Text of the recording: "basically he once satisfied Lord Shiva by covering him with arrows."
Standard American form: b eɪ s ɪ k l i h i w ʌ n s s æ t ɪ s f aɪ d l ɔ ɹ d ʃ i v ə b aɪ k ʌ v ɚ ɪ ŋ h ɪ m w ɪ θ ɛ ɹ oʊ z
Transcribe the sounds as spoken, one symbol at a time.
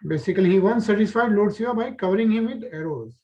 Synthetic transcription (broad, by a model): b eɪ s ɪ k l i h i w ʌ n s s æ t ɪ s f aɪ d l ɔ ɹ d s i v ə b aɪ k ʌ v ɚ ɪ ŋ h ɪ m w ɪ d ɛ ɹ oʊ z